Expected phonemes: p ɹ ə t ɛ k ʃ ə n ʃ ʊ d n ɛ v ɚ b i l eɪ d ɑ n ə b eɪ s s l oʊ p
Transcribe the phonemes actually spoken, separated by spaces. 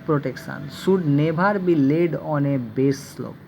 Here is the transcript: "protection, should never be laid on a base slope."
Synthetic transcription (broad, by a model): p ɹ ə t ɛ k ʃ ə n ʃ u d n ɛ b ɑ b i l eɪ d ɑ n ə b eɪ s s l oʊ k